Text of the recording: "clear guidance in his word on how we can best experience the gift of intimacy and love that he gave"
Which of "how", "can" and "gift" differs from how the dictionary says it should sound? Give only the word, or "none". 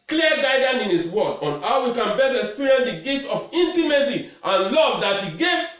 gift